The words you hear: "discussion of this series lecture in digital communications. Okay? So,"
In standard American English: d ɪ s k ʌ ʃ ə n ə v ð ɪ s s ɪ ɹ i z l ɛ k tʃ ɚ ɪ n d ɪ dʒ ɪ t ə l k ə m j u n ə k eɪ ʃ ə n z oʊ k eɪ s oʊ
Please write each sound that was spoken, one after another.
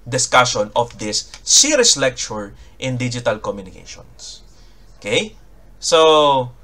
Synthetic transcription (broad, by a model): d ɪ s k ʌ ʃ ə n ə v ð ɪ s s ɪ ɹ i s l ɛ k tʃ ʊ ɪ n d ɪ dʒ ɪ t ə l k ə m j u n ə k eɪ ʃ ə n s oʊ k eɪ s oʊ